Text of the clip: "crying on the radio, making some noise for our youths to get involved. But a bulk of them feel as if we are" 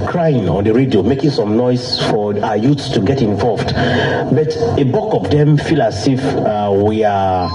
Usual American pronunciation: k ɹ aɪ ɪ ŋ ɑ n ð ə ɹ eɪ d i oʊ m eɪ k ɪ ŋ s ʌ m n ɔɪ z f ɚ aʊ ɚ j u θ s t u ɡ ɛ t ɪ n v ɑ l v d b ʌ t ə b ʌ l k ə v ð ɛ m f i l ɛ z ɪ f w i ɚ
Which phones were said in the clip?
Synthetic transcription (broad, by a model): k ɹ aɪ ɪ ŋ ɑ n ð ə ɹ eɪ d i oʊ m eɪ k ɪ ŋ s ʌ m n ɔɪ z f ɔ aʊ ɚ j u t s t u ɡ ɛ t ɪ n v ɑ l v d b ʌ t ə b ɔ k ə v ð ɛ m f i l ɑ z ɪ f w i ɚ